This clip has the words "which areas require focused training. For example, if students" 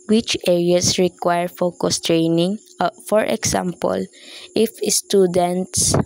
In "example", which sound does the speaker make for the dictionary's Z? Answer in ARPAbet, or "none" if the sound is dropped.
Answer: S